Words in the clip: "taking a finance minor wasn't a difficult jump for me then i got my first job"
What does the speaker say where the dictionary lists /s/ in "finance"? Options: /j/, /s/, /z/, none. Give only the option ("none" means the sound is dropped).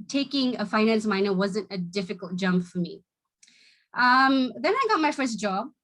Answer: /s/